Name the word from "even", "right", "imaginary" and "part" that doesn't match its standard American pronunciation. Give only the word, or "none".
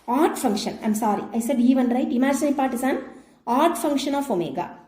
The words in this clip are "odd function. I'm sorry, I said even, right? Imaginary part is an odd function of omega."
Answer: imaginary